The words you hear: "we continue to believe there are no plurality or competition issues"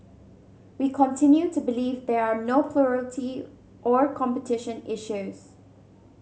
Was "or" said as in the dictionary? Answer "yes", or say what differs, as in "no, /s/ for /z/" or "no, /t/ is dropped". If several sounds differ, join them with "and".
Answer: yes